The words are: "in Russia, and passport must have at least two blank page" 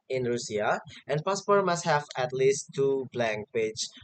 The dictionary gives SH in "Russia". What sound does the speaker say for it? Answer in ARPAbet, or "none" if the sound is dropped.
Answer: S